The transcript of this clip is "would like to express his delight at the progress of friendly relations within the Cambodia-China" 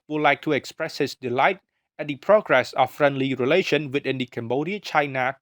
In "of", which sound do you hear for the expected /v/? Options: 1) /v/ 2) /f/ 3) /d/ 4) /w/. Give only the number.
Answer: 2